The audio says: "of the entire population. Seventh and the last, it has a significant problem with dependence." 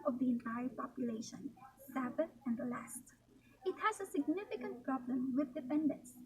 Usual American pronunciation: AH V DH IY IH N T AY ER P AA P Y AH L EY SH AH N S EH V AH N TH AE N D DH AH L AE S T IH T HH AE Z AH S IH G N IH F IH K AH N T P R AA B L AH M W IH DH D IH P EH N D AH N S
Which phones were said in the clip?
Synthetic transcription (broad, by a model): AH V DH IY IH N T AY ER P AA P Y AH L EY SH AH N S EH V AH TH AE N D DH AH L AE S T IH T HH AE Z AH S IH G N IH F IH K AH N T P R AA B L AH M W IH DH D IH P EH N D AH N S